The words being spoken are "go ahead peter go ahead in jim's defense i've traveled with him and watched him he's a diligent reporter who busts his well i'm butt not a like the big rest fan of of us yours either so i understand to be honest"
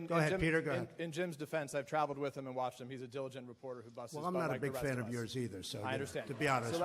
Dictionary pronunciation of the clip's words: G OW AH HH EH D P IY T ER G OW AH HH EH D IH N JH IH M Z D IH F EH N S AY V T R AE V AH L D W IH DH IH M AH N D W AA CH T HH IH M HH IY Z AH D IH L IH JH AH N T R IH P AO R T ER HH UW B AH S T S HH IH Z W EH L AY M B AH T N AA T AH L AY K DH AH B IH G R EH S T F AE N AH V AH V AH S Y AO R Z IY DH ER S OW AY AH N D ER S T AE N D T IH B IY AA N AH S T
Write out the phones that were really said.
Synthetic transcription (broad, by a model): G OW AH HH EH D P IY T ER G OW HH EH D IH N JH IH M Z D IH F EH N S AY V T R AE V L D W IH DH IH M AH N W AA CH T HH IH M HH IY Z AH D IH L IH JH AH N T R IH P AO R T ER HH UW B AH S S W EH L AY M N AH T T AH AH B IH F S F AE N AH AH V Y AO R Z IY DH ER S OW AY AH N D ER S T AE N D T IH B IY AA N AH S